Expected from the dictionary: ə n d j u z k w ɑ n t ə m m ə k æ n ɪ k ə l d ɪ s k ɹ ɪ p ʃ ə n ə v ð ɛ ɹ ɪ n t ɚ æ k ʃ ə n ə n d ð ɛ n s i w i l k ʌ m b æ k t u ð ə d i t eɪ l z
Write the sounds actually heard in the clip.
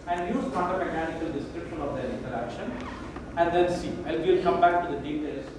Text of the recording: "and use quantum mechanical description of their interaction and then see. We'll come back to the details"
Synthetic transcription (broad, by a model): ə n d j u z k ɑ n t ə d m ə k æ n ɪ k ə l d ɪ s k ɹ ɪ p ʃ ə n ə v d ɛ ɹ ɪ n t ɚ æ k ʃ ə n ə n d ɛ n s i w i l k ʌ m b æ k t u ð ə d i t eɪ l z